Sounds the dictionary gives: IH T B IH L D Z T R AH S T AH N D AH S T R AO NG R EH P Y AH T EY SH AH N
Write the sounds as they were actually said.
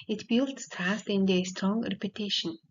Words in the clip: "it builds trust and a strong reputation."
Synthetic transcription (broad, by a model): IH T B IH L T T AA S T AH N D AH S T R AO NG R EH P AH T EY SH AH N